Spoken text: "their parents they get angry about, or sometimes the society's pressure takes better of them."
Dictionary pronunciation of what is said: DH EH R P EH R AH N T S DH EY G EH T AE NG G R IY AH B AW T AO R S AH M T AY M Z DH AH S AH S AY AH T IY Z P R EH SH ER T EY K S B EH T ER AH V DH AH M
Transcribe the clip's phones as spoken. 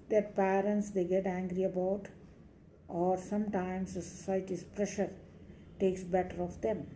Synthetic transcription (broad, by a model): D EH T P EH R AH N T S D EY G EH T AE NG G R IY AH B AW T AO R S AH M T AY M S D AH S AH S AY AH T IY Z P R EH SH ER T EY K S B EH T ER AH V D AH M